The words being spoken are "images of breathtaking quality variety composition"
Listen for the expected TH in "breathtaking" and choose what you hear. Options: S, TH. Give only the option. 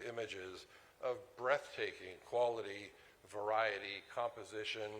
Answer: TH